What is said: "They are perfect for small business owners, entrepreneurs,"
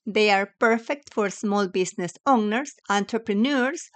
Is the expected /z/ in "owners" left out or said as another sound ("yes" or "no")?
yes